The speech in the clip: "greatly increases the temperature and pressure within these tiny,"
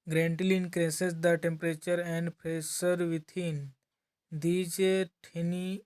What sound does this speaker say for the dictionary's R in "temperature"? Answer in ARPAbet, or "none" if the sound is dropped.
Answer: R